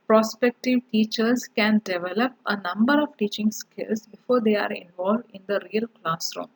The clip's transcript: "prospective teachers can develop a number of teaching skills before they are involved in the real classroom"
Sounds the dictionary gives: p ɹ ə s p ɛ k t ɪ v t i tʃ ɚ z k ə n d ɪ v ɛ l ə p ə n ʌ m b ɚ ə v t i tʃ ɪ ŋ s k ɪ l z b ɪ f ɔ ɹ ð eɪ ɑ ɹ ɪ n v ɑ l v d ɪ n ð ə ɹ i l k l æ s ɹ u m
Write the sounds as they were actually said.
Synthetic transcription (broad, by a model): p ɹ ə s p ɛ k t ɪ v t i tʃ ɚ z k ə n d ɪ v ɛ l ə p ə n ʌ m b ɚ ə v t i tʃ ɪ ŋ s k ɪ l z b ɪ f ɔ ɹ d eɪ ɑ ɹ ɪ n v ɑ l v d ɪ n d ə ɹ i l k l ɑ s ɹ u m